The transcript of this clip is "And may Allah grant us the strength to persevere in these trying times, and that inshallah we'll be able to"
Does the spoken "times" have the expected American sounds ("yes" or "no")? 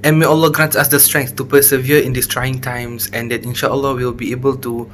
no